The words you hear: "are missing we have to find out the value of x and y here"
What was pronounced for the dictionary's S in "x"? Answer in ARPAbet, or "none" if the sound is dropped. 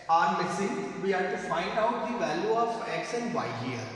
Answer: SH